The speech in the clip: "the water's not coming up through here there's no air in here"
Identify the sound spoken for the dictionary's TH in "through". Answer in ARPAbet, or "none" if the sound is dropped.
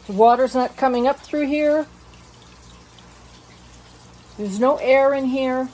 TH